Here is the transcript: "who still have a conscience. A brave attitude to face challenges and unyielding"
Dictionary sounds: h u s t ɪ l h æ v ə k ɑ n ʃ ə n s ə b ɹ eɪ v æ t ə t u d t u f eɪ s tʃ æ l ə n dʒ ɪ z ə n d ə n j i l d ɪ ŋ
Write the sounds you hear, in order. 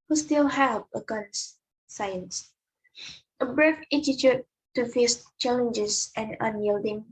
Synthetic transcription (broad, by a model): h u s t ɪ l h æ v ə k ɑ n s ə n s ə b ɹ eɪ f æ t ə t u t u f eɪ s tʃ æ l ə n dʒ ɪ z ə n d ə n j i l d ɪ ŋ